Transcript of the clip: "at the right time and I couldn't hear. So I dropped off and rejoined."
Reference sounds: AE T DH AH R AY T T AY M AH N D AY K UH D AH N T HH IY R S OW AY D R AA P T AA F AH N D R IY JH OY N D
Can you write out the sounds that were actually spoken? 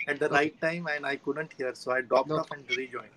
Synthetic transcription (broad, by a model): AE T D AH R AY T T AY M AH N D AY K UH D AH N T HH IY R S OW AY D R AA P T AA P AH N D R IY JH OY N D